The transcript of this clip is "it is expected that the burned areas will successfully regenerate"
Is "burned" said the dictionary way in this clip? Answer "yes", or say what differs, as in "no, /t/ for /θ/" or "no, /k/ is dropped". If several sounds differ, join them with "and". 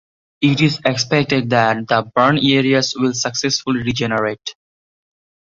no, /d/ is dropped